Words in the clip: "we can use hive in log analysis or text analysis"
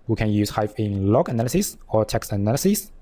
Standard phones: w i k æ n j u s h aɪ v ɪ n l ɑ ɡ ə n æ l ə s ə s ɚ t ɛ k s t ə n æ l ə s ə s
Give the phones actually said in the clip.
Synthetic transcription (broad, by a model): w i k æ n j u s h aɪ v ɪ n l ɑ ɡ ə n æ l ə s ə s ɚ t ɛ k s t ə n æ l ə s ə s